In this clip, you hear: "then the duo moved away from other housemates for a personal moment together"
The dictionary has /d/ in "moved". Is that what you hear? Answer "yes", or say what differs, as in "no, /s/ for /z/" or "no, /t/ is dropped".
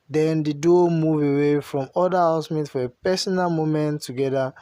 no, /d/ is dropped